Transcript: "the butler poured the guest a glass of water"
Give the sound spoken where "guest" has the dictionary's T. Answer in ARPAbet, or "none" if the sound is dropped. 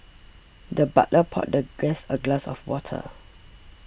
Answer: none